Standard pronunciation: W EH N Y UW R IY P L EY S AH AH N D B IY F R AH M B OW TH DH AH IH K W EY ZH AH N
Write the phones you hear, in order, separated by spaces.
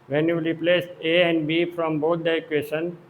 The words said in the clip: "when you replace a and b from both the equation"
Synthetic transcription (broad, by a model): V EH N Y UW L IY P L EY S AH AH N D B IY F R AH M B OW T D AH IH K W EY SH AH N